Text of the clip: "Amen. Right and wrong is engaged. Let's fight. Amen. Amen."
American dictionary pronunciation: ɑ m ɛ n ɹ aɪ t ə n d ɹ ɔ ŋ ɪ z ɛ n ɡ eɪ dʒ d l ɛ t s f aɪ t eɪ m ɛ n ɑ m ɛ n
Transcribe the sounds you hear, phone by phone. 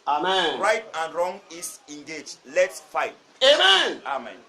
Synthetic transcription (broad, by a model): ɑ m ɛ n ɹ aɪ t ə n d ɹ ɔ ŋ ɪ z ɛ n ɡ eɪ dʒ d l ɛ t s f aɪ t eɪ m ɛ n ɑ m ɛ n